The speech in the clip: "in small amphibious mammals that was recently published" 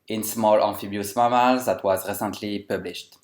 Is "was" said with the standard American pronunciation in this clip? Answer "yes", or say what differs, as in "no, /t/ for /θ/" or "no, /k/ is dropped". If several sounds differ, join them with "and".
yes